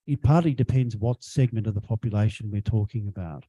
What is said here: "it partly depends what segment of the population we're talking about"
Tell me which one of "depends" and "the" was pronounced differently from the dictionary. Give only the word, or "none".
none